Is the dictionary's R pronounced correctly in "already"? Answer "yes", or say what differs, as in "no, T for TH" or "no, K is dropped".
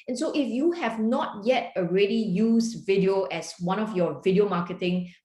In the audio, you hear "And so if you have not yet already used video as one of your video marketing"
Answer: yes